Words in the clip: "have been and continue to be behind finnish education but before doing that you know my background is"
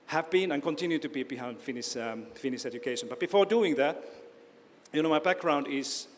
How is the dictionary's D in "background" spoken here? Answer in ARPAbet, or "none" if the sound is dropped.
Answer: D